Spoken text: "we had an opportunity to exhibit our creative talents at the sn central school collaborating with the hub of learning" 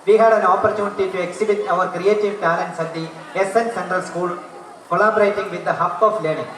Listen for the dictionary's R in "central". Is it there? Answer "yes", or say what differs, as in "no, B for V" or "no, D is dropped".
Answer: yes